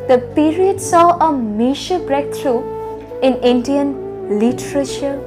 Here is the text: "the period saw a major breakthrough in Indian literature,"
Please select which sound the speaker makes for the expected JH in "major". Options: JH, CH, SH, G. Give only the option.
SH